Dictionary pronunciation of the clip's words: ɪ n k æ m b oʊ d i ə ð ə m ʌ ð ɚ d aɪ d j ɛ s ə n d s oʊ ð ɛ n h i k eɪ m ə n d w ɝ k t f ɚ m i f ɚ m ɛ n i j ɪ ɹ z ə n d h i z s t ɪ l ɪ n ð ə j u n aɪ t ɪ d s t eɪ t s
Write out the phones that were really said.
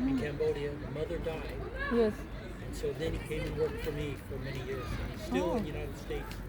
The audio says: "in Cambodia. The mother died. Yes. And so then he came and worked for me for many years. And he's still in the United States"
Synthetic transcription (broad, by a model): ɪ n k æ m b oʊ d i ə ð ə m ʌ ð ɚ d aɪ d j ɛ s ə n s oʊ ð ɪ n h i k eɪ ə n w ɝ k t f ɚ m i f ɚ m ɛ n i j ɪ ɹ z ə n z s t ɪ l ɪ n j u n aɪ t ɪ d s t eɪ t s